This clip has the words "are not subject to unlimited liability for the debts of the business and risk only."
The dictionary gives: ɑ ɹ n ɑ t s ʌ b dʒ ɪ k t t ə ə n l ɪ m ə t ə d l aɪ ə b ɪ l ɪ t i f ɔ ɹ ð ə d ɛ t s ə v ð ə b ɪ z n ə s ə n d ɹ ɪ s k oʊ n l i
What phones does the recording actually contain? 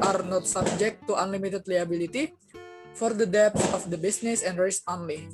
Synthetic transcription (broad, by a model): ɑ ɹ n ɑ t s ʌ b dʒ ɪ k t t ə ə n l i m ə t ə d l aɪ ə b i l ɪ t i f ɔ ɹ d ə d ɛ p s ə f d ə b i s n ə s ə n d ɹ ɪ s oʊ n l i